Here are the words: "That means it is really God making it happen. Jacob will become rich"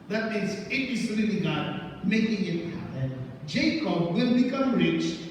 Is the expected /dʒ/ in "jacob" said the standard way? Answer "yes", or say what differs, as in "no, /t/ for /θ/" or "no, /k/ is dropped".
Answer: yes